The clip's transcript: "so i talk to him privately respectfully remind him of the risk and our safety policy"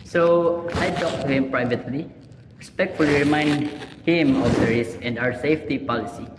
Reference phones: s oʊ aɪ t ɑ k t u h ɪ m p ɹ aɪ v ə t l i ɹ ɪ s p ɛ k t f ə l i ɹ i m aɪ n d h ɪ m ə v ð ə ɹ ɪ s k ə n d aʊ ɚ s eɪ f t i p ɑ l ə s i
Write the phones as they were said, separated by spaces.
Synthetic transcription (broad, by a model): s oʊ aɪ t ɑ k t u h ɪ m p ɹ aɪ v ə t l i ɹ ɪ s p ɛ k t f ə l i ɹ i m aɪ n d h ɪ m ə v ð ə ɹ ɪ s ə n d aʊ ɚ s eɪ f t i p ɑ l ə s i